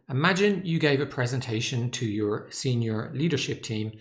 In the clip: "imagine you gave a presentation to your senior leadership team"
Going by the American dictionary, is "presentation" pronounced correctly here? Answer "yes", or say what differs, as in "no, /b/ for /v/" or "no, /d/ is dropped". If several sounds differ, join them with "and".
yes